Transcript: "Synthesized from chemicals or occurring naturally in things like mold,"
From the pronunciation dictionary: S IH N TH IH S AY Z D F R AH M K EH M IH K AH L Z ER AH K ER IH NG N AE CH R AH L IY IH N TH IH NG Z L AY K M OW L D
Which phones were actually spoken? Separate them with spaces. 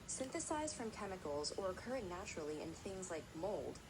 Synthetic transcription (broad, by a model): S IH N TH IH S AY Z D F R AH M K EH M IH K L Z ER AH K ER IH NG N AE CH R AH L IY IH N TH IH NG Z L AY K M OW L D